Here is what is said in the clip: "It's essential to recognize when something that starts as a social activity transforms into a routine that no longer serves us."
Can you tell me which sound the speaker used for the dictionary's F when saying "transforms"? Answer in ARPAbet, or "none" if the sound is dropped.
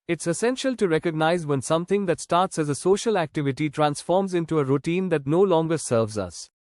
F